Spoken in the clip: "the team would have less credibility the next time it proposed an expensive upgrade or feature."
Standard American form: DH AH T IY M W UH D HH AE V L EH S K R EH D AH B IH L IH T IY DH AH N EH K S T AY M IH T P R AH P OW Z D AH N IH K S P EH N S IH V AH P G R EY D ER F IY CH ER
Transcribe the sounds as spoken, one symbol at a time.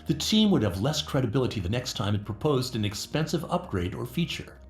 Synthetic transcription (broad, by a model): DH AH T IY M W UH D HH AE V L EH S K R EH D AH B IH L IH T IY DH AH N EH K S T AY M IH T P R AH P OW Z D AH N IH K S P EH N S IH V AH P G R EY D ER F IY CH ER